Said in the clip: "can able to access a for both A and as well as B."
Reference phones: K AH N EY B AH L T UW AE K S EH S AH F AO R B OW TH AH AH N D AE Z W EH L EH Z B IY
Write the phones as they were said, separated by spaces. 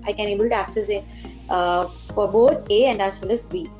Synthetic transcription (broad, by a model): K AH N EY B AH L T UW AE K S EH S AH F AO R B OW T AH AH N D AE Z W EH L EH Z B IY